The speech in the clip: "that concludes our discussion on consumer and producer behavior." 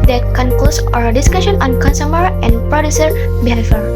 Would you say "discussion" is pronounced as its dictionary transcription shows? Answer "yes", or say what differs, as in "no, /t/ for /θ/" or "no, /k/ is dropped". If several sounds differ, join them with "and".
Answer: yes